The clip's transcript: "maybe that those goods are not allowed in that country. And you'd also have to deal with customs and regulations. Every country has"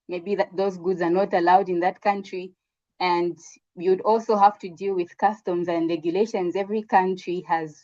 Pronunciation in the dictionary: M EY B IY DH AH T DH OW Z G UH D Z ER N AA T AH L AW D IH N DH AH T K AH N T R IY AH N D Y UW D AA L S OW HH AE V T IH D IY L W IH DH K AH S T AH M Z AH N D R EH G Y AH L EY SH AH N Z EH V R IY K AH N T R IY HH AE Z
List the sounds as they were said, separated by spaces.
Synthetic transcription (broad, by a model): M EY B IY DH AH T DH OW Z G UH D Z ER N AA T AH L AW D IH N DH AH T K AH N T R IY AH N D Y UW D AA L S OW HH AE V T IH D IY L W IH DH K AH S T AH M Z AH N D R EH G Y AH L EY SH AH N Z EH V R IY K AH N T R IY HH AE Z